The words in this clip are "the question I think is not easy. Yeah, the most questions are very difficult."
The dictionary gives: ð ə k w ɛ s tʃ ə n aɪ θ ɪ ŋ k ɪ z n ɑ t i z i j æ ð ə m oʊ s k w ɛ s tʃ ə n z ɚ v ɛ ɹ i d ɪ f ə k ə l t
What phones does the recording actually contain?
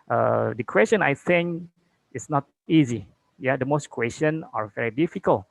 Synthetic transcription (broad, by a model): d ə k w ɛ s tʃ ə n aɪ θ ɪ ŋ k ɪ s n ɑ t i z i j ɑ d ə m oʊ s k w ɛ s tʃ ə n ɚ v ɛ ɹ i d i f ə k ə l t